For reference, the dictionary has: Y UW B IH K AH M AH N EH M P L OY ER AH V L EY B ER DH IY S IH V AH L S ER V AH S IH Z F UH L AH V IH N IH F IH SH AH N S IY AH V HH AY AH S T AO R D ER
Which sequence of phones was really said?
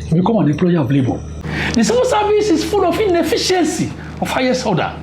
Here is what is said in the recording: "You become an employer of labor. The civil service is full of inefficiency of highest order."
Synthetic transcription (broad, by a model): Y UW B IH K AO M AH N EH M P L OY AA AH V L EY B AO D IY S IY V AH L S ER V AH S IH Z F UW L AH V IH N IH F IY SH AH N S IY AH F HH AY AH S AO D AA